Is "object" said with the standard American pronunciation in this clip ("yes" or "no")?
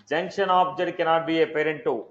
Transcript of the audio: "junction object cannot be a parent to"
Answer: no